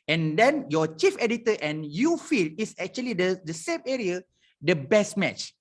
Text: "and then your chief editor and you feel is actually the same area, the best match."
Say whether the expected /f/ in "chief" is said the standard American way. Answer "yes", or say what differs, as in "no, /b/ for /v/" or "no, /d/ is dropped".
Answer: yes